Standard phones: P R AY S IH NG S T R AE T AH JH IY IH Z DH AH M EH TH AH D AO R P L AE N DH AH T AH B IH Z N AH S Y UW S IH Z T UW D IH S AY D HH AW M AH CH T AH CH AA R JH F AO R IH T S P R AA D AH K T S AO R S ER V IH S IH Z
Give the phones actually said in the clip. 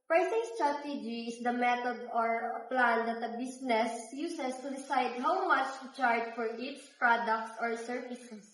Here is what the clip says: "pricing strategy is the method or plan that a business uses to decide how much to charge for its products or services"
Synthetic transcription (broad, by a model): P R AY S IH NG S T R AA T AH JH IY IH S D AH M EH T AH D AO R P L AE N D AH T AH B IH S N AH S Y UW S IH S T UW D IH S AY D HH AW M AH CH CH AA R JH F AO R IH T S P R AA D AH K T S AO R S ER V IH S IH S